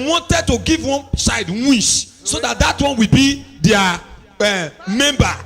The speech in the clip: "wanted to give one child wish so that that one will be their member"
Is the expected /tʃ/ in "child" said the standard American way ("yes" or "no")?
no